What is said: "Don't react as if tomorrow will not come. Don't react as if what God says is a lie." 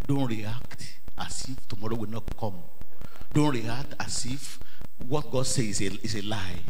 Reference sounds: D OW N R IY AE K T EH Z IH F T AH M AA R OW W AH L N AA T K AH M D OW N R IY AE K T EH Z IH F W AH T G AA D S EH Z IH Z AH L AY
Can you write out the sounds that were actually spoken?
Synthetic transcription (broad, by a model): D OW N R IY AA K T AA S IH F T AH M AA R OW W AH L N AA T K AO M D OW N R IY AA K T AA S IH F W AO T G AA D S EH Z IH S AH L AY